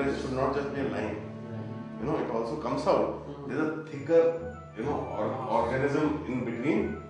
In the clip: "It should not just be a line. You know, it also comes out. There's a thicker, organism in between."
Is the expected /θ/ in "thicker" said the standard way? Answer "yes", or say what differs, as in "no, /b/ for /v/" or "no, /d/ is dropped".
no, /t/ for /θ/